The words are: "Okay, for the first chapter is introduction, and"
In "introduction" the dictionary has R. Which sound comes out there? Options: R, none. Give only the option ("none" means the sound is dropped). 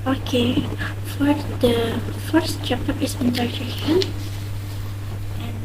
none